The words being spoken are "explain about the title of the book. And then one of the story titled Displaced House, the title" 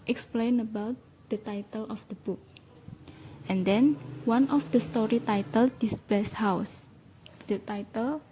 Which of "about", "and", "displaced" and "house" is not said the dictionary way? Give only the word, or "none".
displaced